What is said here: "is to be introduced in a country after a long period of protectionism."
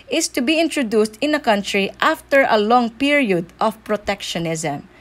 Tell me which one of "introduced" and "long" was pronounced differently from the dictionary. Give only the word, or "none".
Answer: none